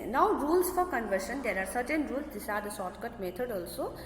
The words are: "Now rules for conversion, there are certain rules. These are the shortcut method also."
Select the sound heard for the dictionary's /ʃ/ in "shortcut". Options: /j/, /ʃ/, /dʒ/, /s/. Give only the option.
/s/